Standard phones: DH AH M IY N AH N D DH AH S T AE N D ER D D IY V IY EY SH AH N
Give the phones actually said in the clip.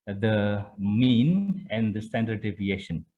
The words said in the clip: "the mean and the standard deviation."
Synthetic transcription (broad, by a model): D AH M IY N AH N D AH S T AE N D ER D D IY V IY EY SH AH N